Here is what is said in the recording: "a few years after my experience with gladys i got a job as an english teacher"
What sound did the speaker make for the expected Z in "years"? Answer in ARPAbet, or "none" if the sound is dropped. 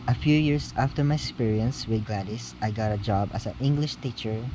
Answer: S